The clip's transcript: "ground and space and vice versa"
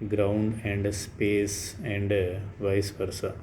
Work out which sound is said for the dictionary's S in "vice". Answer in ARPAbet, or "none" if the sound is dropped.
S